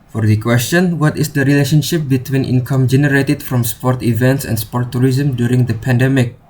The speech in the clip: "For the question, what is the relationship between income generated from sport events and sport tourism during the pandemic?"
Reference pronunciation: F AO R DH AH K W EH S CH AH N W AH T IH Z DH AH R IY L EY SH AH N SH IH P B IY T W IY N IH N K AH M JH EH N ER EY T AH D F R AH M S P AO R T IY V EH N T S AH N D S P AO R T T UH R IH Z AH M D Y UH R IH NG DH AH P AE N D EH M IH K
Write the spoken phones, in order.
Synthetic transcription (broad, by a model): F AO R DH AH K W EH S CH AH N W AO T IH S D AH R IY L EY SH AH N SH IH P B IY T W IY N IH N K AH M JH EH N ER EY T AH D F R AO M S P AO R T IY V EH N T S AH N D S P AO R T T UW R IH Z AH M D Y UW R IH NG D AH P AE N D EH M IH K